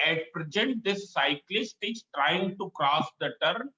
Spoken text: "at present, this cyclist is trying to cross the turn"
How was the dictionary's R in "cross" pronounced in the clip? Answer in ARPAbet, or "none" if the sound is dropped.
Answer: R